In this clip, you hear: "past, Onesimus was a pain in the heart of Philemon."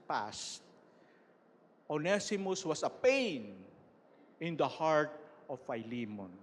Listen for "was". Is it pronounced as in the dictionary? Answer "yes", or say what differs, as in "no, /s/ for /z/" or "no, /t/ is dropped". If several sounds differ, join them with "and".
no, /s/ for /z/